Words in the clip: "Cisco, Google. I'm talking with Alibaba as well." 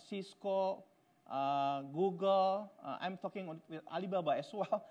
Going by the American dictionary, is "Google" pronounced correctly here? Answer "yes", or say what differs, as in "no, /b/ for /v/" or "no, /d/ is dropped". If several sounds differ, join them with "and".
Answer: yes